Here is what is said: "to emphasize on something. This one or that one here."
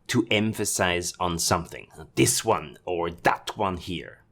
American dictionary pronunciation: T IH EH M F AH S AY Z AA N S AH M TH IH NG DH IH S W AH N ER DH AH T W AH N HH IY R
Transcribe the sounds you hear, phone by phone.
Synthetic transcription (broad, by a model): T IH EH M F AH S AY Z N S AH M TH IH NG DH IH S W AH N ER DH AH T W AH N HH IY R